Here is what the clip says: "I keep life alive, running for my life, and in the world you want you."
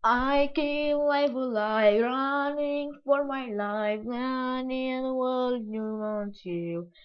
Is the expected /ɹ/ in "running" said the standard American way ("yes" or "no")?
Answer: yes